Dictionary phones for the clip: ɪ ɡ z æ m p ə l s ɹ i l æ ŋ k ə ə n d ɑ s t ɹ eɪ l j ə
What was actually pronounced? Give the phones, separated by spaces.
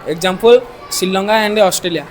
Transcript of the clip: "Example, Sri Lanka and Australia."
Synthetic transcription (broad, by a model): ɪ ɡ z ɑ m p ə l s i l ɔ ŋ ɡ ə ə n d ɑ s t ɹ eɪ l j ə